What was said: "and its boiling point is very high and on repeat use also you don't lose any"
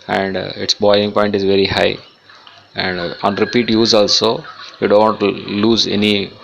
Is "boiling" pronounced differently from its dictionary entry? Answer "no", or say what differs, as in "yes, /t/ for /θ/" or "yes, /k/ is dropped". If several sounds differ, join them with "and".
yes, /l/ is dropped